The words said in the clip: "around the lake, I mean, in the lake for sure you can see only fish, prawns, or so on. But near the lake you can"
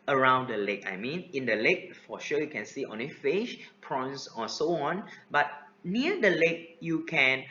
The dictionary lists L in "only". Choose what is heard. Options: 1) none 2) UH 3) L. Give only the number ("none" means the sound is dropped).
1